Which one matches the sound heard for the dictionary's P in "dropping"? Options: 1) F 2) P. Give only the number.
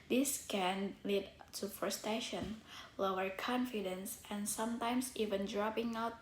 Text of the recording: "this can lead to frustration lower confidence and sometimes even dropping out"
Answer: 2